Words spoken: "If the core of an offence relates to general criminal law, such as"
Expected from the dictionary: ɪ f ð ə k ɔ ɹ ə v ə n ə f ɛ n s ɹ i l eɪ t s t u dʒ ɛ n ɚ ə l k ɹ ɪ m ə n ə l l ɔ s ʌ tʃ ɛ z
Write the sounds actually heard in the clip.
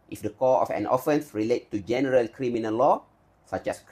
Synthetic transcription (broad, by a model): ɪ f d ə k ɔ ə f ə n ə f ɛ n s ɹ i l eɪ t t u dʒ ɛ n ɚ ə l k ɹ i m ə n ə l l ɔ s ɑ tʃ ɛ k